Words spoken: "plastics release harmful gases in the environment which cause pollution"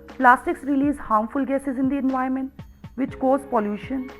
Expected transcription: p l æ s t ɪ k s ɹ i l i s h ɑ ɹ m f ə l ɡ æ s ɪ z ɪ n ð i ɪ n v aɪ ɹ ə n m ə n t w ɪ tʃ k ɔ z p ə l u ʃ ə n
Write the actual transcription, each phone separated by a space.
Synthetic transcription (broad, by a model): p l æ s t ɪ k s ɹ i l i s h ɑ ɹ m f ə l ɡ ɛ s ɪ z ɪ n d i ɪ n v aɪ ə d m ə n t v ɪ tʃ k ɔ z p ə l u ʃ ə n